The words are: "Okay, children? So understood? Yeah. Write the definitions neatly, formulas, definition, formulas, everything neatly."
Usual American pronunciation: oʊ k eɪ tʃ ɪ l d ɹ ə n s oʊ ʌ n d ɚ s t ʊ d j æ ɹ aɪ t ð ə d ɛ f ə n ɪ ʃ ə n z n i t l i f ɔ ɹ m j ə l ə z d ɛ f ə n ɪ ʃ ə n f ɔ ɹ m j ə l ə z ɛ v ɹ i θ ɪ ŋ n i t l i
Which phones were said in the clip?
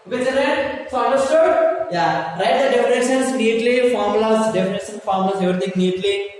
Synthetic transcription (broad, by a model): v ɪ d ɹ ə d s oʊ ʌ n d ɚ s t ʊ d j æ ɹ aɪ t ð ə d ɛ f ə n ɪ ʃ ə n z n i t l i f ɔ ɹ m l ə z d ɛ f ə n ɪ ʃ ə n f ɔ ɹ m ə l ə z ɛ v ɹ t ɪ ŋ n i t l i